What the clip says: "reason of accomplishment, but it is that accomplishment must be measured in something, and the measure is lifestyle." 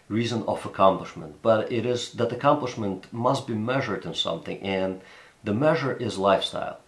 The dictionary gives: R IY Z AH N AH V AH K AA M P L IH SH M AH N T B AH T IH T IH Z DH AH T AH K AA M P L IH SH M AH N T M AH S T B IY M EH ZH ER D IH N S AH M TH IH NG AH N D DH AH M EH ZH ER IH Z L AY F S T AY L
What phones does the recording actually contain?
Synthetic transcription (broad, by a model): R IY Z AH N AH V AH K AA M P L IH SH M AH N T B AH T IH T IH Z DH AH T AH K AA M P L IH SH M AH N T M AH S T B IY M EH ZH ER D IH N S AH M TH IH NG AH N DH AH M EH ZH ER IH Z L AY F S T AY L